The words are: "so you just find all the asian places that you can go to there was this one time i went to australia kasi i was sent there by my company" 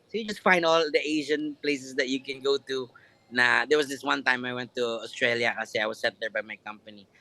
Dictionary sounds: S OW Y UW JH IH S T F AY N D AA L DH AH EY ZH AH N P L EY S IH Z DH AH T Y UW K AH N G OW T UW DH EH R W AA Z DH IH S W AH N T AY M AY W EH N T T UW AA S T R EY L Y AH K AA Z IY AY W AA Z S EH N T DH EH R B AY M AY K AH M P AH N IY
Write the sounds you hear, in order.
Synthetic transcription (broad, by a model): S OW Y UW JH IH S T F AY N D AA L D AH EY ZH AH N P L EY S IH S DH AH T Y UW K AH N G OW T UW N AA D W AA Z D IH S W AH N T AY M AY W EH N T T UW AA S T R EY L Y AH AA S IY AY W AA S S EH T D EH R B AY M AY K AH M P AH N IY